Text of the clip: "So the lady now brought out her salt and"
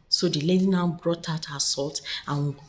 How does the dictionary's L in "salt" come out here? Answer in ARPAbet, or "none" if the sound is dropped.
L